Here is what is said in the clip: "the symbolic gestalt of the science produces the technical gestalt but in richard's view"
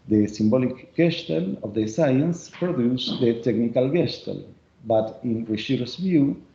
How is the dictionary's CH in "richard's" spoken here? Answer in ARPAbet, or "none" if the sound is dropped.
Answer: S